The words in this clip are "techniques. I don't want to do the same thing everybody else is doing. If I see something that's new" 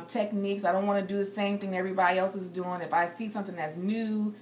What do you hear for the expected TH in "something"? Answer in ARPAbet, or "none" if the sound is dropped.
TH